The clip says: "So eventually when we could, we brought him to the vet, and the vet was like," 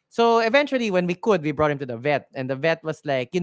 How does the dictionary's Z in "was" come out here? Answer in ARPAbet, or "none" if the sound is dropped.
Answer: S